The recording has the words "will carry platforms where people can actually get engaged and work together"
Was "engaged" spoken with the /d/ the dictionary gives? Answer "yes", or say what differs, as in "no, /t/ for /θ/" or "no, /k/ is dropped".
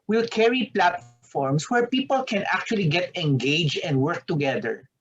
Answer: no, /d/ is dropped